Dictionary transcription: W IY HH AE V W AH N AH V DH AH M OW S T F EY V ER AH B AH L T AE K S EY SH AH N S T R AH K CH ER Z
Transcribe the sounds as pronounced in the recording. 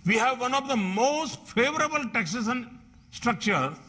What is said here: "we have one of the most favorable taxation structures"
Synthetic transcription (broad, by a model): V IY HH AE V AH N AH V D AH M OW S T F EY V ER AH B AH L T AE K S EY S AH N S T R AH K CH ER